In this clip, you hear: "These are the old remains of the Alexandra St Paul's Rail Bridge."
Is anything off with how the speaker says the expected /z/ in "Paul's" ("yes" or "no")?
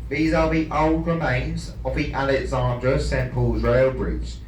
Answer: no